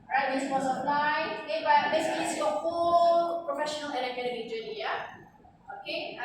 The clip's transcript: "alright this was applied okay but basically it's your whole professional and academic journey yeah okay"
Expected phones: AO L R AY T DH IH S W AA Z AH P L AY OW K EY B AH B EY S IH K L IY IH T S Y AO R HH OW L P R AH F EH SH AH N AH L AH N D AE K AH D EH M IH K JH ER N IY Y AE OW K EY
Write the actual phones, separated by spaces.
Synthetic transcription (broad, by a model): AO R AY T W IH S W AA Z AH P L AY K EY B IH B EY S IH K IY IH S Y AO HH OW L P R AH F EH SH AH N AH L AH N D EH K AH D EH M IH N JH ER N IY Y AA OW K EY